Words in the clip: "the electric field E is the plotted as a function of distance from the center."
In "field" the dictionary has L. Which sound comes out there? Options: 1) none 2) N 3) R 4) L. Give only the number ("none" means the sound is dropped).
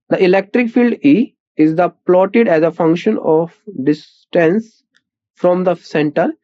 4